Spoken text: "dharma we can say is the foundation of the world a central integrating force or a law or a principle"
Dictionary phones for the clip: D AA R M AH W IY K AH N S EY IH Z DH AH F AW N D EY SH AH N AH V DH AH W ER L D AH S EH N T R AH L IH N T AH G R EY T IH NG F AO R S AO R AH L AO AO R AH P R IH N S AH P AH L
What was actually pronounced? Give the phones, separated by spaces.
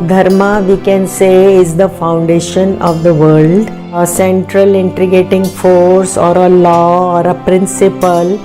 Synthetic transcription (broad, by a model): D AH R M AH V IY K AH N S EY IH Z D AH F AW N D EY SH AH N AH V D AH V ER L D AH S EH N T R AH L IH N T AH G EY T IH NG F AO R S AO R AH L AO AO R AH P R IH N S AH P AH L